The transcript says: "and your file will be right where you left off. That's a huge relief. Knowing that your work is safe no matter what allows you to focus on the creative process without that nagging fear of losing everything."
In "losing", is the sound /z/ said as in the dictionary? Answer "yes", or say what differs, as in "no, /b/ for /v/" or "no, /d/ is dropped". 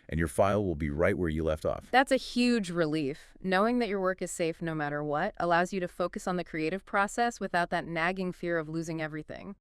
yes